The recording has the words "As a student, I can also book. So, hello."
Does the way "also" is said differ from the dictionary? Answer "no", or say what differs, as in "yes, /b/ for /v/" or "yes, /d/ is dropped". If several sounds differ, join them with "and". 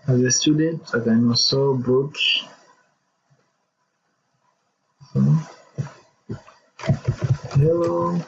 yes, /l/ is dropped